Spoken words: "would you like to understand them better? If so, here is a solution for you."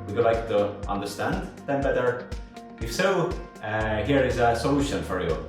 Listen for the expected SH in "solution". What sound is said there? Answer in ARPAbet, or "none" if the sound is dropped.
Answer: SH